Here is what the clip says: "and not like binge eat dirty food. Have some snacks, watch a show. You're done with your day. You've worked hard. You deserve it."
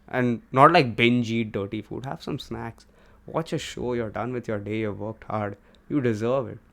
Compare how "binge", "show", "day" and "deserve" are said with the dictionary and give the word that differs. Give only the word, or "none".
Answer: none